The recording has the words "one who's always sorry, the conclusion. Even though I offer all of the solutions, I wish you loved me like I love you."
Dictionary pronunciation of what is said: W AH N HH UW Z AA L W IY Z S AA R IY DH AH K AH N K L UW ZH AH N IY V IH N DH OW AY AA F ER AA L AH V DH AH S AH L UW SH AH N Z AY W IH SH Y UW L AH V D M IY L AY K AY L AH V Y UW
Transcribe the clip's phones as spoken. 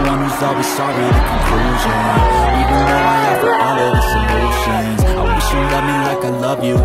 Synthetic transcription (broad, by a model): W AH N HH UW Z AA L W IY Z S AA R IY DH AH K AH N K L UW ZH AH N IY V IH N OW AY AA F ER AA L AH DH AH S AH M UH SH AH N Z AY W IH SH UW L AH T M IY L AY K AY L AH V Y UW